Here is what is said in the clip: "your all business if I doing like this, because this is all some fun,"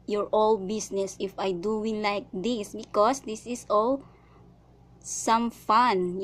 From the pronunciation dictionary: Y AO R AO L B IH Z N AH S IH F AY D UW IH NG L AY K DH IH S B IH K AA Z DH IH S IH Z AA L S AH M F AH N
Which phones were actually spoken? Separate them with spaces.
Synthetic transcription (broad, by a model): Y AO R AO L B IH S N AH S IH F AY D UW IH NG L AY K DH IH S B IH K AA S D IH S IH S AA L S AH M F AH N